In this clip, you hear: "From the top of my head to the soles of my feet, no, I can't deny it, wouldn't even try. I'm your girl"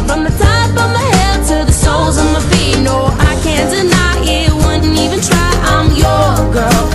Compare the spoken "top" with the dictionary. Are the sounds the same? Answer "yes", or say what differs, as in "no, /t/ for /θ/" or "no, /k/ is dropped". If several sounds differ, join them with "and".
no, /f/ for /p/